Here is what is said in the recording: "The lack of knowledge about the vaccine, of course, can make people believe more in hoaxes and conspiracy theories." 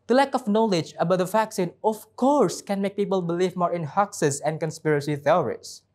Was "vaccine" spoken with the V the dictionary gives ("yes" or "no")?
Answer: no